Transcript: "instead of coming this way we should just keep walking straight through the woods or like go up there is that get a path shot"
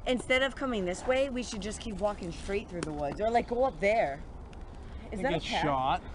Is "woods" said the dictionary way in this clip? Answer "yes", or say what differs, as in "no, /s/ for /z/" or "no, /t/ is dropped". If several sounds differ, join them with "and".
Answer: yes